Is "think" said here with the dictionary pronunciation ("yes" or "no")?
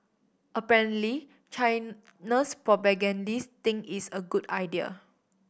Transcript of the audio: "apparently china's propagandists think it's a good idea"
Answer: no